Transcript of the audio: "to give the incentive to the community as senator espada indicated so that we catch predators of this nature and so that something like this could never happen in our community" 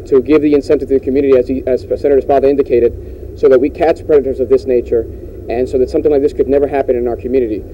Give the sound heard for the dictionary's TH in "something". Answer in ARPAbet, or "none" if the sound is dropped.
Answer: TH